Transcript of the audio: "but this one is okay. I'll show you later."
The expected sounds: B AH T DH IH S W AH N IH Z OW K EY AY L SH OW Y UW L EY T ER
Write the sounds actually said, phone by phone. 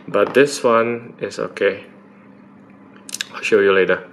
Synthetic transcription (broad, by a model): B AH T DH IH S W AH N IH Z OW K EY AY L SH OW Y UW L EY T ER